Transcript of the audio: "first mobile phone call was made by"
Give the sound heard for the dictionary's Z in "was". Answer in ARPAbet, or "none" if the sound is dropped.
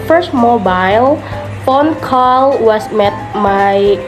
S